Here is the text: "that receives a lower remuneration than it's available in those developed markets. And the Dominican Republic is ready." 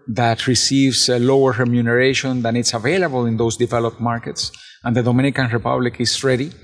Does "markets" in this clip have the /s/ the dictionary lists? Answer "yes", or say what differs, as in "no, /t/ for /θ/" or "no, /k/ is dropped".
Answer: yes